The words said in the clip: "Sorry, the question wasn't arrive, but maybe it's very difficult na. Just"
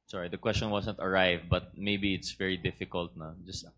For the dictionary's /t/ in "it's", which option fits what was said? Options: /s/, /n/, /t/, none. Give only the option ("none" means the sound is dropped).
/t/